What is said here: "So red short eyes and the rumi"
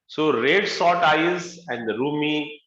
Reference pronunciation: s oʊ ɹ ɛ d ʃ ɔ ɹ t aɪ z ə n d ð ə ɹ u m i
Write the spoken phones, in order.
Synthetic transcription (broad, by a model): s oʊ ɹ ɛ d s ɔ t aɪ z ə n d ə ɹ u m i